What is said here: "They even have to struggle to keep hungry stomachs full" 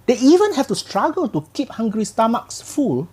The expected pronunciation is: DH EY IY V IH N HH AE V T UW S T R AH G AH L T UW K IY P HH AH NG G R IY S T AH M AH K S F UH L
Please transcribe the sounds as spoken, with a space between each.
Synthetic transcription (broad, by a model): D EY IY V IH N HH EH F T UW S T R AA G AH L T UW K IY P HH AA NG G R IY S T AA M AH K S F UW L